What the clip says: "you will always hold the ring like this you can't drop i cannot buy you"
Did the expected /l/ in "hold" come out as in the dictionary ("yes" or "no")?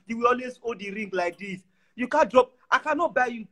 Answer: no